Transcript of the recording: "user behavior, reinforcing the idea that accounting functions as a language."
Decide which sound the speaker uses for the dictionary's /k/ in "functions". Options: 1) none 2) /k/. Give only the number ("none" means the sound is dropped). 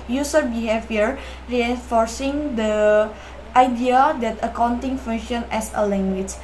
1